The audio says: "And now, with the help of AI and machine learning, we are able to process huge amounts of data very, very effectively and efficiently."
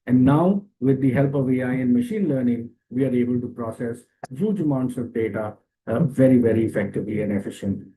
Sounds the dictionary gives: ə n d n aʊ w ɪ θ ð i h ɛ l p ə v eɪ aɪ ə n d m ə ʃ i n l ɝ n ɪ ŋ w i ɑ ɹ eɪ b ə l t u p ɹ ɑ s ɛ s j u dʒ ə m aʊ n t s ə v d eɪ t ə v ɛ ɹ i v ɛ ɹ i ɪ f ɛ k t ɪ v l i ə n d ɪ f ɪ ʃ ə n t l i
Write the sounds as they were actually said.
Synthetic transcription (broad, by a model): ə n d n aʊ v ɪ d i h ɛ l p ə v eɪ aɪ ə n d m ə ʃ i n l ɝ n ɪ ŋ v i ɑ ɹ eɪ b ə l t u p ɹ ɑ s ɛ s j u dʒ ə m aʊ n t s ə v d eɪ t ə v ɛ ɹ i v ɛ ɹ i ɪ f ɛ k t ɪ v l i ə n d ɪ f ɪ ʃ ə n t